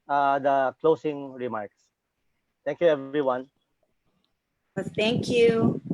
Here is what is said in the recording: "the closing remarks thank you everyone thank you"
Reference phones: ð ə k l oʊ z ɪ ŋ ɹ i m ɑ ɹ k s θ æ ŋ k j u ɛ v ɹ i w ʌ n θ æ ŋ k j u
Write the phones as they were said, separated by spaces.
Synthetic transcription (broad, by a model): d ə k l oʊ s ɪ ŋ ɹ i m ɑ ɹ k s t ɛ ŋ k j u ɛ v ɹ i w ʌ n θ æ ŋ k j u